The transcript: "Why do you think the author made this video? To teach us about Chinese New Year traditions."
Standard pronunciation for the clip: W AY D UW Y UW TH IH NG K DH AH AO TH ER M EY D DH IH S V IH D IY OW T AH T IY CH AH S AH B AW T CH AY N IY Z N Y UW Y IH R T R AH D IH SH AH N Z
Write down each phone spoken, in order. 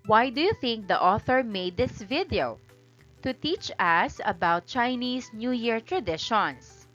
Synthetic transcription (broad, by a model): W AY D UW Y UW TH IH NG K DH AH AO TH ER M EY D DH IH S V IH D IY OW T AH T IY CH AH S AH B AW T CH AY N IY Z N Y UW Y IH R T R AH D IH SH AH N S